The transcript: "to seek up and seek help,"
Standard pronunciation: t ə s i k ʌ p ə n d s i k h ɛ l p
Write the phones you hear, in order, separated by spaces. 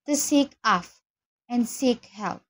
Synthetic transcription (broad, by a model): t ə s i k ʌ f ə n s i k h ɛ l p